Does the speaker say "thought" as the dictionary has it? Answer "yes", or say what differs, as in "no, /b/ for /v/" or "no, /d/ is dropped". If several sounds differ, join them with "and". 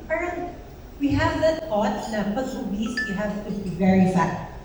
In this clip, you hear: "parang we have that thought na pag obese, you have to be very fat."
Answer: no, /t/ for /θ/